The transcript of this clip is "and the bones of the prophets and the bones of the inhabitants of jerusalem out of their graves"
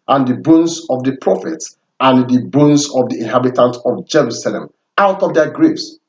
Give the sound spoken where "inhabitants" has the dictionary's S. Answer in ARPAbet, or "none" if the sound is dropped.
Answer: none